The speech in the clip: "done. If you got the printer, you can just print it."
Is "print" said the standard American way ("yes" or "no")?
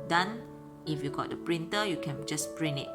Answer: no